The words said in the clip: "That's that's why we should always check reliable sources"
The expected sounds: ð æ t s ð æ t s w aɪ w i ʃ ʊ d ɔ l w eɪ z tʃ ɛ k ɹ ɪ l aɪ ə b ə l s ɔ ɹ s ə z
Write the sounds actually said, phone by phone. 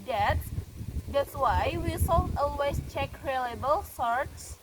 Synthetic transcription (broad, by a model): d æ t s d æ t s w aɪ w i s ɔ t ɔ l w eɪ s tʃ ɛ k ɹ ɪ l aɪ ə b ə l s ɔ ɹ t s